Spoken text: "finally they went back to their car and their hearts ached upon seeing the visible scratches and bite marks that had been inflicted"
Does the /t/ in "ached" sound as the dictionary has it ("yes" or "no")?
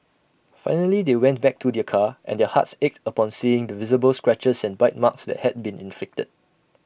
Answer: yes